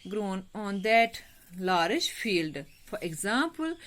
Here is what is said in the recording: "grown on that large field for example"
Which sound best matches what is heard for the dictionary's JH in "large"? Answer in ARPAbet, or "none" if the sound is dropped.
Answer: SH